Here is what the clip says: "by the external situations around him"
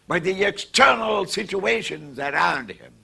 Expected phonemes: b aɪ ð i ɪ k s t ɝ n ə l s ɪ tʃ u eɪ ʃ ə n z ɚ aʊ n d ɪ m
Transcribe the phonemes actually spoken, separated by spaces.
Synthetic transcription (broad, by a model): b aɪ ð i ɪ k s t ɝ n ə l s ɪ tʃ u eɪ ʃ ə n z ɚ aʊ n d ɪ m